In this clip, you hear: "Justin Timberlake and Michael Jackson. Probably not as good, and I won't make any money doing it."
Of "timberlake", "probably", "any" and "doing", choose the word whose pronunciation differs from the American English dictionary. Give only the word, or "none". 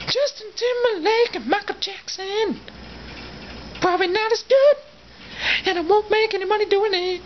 timberlake